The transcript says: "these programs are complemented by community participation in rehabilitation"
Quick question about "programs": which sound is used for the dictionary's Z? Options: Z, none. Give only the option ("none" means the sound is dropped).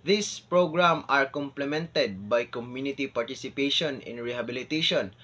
none